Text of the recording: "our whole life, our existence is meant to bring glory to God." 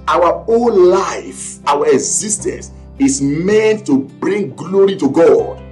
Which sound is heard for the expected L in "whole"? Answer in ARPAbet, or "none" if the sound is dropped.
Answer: N